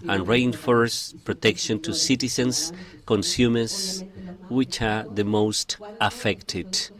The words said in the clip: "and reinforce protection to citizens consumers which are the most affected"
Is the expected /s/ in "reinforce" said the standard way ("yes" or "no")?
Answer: yes